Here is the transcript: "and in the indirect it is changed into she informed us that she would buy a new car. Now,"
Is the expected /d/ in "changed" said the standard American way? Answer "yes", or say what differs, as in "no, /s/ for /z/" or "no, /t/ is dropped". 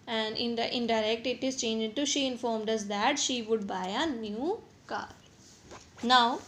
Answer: no, /d/ is dropped